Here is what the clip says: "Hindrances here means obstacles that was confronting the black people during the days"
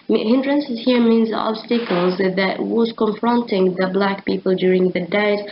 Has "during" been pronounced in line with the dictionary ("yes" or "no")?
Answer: yes